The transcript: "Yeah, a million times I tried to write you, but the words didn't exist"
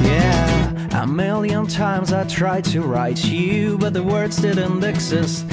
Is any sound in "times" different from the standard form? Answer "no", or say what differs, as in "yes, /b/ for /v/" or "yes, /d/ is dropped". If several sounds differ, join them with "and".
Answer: no